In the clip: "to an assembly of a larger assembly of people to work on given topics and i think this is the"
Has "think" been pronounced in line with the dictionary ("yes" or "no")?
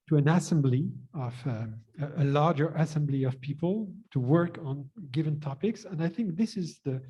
yes